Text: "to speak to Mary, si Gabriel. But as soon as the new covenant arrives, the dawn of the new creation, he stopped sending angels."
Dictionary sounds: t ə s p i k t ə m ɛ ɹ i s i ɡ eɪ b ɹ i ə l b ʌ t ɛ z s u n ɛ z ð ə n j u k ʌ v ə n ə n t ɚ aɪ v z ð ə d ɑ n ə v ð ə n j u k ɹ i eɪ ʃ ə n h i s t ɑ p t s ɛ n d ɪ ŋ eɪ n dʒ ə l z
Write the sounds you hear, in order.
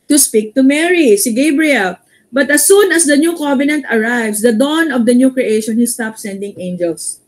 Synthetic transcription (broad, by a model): t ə s p i k t ə m ɛ ɹ i s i ɡ eɪ b ɹ i ə l b ʌ t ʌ s u n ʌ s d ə n j u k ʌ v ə n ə n t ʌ aɪ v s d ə d ɑ n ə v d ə n j u k ɹ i eɪ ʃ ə n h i s t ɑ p s ɛ n d ɪ ŋ eɪ n dʒ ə l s